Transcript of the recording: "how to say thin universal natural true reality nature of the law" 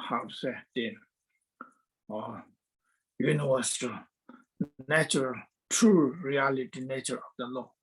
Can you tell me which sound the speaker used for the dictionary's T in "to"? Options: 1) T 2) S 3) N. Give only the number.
2